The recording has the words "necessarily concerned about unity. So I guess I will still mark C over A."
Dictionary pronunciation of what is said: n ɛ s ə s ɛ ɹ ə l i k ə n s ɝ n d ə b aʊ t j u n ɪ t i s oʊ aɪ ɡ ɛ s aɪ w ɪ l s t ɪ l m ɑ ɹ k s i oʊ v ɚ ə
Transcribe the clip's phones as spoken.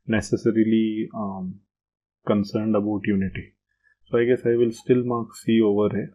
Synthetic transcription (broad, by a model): n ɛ s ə s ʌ ɹ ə l i k ə n s ɝ n d ə b aʊ t j u n ɪ t i s oʊ aɪ ɡ ɛ s aɪ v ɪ l s t ɪ l m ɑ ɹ k s i oʊ v ɚ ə